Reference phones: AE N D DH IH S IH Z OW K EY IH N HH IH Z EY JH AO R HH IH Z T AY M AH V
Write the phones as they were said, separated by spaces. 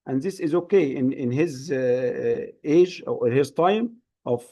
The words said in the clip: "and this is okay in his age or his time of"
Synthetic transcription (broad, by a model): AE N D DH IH S IH Z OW K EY IH N HH IH Z EY JH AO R HH IH Z T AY M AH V